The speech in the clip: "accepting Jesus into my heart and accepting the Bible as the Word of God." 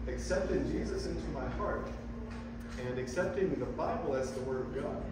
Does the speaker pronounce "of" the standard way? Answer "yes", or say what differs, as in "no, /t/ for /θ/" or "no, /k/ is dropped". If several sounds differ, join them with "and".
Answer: yes